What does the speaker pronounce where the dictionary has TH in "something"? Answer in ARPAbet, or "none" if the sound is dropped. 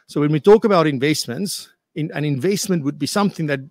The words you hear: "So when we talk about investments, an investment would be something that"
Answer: TH